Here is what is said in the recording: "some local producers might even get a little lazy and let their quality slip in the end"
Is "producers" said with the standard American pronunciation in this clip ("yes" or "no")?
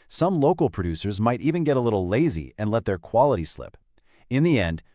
yes